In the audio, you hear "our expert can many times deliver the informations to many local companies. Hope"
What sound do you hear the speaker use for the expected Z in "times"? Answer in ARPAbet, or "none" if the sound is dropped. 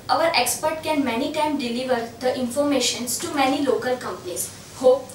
none